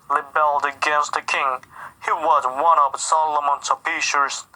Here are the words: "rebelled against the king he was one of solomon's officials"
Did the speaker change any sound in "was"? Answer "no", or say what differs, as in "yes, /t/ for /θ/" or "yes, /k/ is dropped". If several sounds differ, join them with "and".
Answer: no